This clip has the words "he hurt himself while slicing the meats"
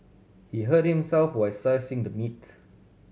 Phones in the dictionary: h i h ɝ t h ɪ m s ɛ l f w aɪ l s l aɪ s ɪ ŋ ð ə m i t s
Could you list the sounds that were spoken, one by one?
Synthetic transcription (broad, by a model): h i h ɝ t h ɪ m s ɛ l f w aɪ s aɪ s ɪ ŋ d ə m i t